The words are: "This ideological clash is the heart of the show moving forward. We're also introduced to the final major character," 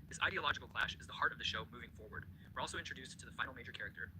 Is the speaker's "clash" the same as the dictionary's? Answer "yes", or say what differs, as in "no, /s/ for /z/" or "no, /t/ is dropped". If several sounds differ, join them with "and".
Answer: yes